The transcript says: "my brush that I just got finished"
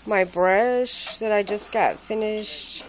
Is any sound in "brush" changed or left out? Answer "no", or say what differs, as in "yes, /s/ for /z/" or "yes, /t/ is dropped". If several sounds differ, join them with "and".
no